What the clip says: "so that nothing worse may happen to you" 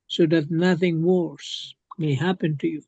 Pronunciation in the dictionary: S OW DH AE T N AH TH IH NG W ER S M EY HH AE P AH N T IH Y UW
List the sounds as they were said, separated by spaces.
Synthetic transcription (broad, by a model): S OW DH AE T N AH TH IH NG W ER S M EY HH AE P AH N T IH Y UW